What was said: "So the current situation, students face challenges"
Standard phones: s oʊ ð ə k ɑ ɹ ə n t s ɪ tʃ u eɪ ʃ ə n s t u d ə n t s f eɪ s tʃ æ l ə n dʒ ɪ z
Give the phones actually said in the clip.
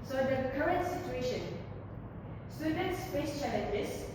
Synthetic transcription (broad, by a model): s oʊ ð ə k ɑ ɹ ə n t s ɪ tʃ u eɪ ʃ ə n s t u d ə n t s p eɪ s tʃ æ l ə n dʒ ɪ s